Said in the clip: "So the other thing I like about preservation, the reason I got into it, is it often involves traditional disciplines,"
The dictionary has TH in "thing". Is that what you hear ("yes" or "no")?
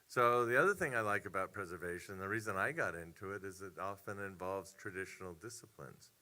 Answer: yes